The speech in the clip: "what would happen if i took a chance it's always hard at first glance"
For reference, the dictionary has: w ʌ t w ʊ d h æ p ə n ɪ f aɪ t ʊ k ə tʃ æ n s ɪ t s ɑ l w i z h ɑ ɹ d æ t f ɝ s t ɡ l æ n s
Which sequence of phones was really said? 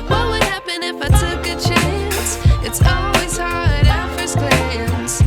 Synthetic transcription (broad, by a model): w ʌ t w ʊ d h æ p ə n ɪ f aɪ t ʊ k ə tʃ æ n s ɪ t s ɑ l w i z h ɑ ɹ d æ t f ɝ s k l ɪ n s